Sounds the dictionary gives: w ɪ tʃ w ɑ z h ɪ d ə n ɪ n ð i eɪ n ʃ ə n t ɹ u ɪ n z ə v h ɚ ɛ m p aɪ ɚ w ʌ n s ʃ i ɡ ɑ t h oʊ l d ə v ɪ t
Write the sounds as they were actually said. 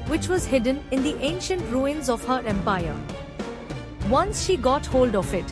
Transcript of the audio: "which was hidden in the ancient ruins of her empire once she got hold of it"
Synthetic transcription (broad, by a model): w ɪ tʃ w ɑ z h ɪ d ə n ɪ n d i eɪ n ʃ ə n t ɹ u ɪ n z ə v h ɚ ɛ m p aɪ ɚ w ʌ n s ʃ i ɡ ɑ t h oʊ l d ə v ɪ t